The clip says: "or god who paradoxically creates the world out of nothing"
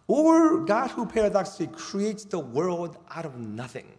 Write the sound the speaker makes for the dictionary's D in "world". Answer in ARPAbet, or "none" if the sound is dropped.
D